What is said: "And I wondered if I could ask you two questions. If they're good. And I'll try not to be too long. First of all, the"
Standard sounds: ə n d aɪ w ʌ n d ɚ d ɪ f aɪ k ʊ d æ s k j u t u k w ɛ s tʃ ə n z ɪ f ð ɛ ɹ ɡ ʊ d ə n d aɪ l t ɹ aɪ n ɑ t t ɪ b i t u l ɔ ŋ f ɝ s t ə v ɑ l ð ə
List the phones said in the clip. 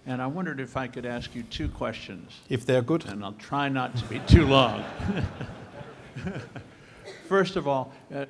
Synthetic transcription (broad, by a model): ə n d aɪ w ʌ n d ɚ d ɪ f aɪ k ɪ d æ s k j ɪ t u k w ɛ s tʃ ə n z ɪ f ð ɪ ɹ ɡ ʊ d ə n aɪ l t ɹ aɪ n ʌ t t ɪ b i t u l ɔ ŋ f ɝ s t ə v ɑ l